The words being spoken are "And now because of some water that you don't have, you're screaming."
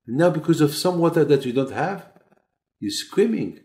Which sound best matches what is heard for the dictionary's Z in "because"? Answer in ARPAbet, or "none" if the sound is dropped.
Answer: Z